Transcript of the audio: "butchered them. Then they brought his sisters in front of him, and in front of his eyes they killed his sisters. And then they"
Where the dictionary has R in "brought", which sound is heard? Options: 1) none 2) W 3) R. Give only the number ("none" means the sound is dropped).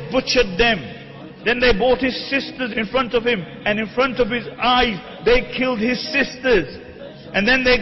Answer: 1